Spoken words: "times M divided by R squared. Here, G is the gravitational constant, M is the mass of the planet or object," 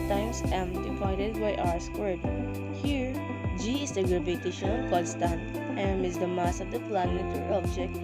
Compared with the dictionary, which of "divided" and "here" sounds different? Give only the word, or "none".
divided